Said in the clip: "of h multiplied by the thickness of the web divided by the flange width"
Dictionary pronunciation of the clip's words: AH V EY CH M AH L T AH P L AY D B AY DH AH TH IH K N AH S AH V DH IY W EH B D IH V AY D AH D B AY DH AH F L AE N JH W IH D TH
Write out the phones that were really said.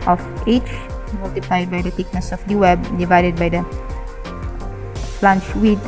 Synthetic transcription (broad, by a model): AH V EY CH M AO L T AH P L AY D B AY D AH T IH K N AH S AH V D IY W EH B D IH V AY D AH D B AY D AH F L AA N CH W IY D